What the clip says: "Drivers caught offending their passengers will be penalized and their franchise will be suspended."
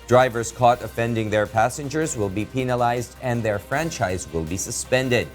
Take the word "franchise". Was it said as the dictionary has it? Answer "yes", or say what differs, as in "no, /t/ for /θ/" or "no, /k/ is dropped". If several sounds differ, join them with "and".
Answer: yes